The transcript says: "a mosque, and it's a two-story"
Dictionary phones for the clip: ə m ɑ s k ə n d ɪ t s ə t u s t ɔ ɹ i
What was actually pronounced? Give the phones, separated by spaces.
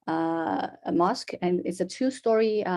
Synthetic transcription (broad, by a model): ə m ɑ s k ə n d ɪ t s ə t u s t ɔ ɹ i